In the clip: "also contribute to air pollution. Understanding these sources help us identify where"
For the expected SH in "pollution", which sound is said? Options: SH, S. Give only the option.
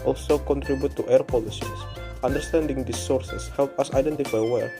S